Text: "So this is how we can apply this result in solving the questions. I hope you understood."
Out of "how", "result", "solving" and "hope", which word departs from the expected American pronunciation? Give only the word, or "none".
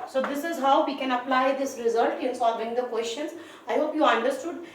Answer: none